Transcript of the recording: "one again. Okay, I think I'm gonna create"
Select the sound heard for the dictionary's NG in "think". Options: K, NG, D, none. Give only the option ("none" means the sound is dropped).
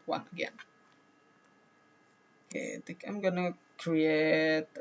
none